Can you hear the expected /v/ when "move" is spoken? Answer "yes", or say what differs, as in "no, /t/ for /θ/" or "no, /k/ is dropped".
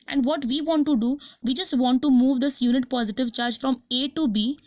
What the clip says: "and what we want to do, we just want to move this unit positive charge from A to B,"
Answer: yes